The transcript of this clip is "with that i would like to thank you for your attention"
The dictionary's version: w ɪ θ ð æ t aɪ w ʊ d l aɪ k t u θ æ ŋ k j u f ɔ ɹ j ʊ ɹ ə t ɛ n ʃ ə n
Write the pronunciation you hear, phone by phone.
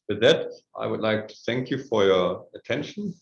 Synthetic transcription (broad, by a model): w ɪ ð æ t aɪ w ʊ d l aɪ k t u θ æ ŋ k j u f ɔ ɹ j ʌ ɹ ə t ɛ n ʃ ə n